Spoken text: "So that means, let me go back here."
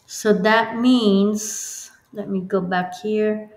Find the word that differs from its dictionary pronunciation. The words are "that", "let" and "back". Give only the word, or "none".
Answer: none